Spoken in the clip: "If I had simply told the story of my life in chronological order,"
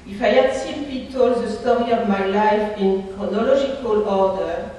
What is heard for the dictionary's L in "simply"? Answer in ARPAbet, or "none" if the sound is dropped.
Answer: none